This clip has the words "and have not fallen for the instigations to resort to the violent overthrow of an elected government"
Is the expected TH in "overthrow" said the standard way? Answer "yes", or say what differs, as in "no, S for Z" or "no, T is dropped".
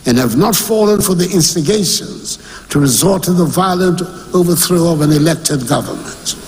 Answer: yes